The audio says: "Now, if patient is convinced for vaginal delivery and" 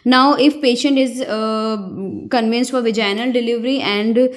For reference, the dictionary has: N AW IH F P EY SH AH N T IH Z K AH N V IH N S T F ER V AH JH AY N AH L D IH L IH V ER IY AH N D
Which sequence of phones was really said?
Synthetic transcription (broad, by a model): N AW IH F P EY SH AH N T IH Z K AH N V IH N S T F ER V AH JH AY N AH L D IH L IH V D IY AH N D